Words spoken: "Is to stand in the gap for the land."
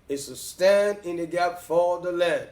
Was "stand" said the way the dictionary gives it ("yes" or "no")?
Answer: yes